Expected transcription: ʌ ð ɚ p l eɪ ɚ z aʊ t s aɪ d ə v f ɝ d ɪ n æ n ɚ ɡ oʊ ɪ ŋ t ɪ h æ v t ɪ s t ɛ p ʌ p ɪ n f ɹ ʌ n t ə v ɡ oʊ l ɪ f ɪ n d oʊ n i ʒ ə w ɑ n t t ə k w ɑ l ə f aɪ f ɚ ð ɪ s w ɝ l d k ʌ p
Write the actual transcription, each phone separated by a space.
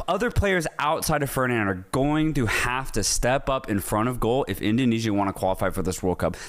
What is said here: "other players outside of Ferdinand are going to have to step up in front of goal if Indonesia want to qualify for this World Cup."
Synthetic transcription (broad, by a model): ʌ ð ɚ p l eɪ ɚ z aʊ t s aɪ d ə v f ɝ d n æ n ɚ ɡ oʊ ɪ ŋ t ɪ h æ f t ɪ s t ɛ p ʌ p ɪ n f ɹ ʌ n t ə v ɡ oʊ l ɪ f ɪ n d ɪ n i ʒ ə w ɑ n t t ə k w ɑ l ə f aɪ f ɚ ð ɪ s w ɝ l k ʌ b